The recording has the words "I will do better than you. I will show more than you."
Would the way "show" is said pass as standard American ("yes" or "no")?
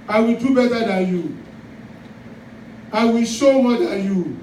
no